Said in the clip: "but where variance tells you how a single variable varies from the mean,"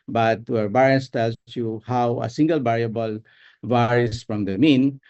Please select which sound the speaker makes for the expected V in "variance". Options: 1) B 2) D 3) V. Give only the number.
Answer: 1